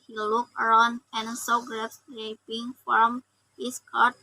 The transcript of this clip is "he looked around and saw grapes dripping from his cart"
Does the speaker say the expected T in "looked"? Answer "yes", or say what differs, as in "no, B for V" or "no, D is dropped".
no, T is dropped